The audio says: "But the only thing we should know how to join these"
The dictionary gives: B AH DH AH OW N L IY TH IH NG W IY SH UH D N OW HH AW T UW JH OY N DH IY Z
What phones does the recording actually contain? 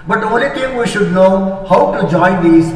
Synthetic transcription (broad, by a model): B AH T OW L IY T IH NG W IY SH UH D N OW HH AW T UW JH OY N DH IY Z